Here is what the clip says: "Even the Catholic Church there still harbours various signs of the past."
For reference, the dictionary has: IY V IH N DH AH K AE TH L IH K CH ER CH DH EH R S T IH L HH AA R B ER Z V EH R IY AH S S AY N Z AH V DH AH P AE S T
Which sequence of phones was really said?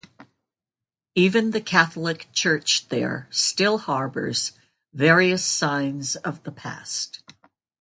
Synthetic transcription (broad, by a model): IY V IH N DH AH K AE TH L IH K CH ER CH DH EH R S T IH L HH AA R B ER Z V EH R IY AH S S AY N Z AH V DH AH P AE S T